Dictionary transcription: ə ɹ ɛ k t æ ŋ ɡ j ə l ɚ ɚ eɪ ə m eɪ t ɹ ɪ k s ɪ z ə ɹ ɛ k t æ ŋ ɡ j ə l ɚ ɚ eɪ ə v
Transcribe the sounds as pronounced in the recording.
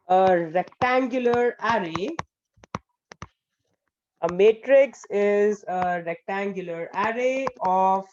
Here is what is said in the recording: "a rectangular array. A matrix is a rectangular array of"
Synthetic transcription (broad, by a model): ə ɹ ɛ k t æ ŋ ɡ j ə l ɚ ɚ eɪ ə m eɪ t ɹ ɪ k s ɪ z ə ɹ ɛ k t æ ŋ ɡ j ə l ɚ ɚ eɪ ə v